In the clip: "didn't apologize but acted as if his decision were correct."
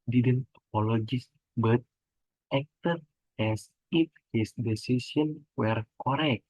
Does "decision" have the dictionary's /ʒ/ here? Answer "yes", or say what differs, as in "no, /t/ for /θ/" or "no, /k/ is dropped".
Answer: no, /s/ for /ʒ/